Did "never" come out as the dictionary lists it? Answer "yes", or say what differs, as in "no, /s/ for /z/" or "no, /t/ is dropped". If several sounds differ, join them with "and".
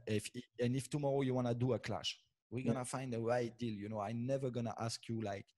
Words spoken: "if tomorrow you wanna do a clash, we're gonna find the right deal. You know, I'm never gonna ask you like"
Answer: yes